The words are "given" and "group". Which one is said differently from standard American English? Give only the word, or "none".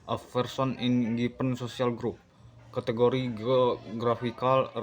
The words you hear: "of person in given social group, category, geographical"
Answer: given